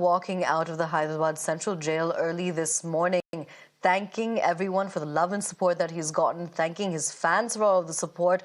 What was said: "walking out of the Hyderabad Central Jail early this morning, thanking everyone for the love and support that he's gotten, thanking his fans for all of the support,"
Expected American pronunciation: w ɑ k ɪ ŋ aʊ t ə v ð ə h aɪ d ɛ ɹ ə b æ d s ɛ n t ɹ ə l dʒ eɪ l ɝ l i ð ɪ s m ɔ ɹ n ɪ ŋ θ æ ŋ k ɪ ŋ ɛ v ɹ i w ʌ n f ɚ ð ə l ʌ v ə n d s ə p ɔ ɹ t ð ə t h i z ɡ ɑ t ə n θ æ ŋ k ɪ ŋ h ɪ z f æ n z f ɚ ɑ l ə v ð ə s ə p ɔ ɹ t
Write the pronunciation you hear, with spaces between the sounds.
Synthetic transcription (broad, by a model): w ɑ k ɪ ŋ aʊ t ə v ð ə h aɪ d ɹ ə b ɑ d s ɛ n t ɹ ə l dʒ eɪ l ɝ l i ð ɪ s m ɔ ɹ n ɪ ŋ θ æ ŋ k ɪ ŋ ɛ v ɹ i w ʌ n f ɚ ð ə l ʌ v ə n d s ə p ɔ ɹ t ð ə t h i z ɡ ɑ t n θ æ ŋ k ɪ ŋ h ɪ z f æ n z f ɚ ɑ l ə v ð ə s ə p ɔ ɹ t